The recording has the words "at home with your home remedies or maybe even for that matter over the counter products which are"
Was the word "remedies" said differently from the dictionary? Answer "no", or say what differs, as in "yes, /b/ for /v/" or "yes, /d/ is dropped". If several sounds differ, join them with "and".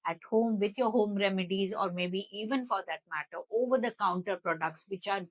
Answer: no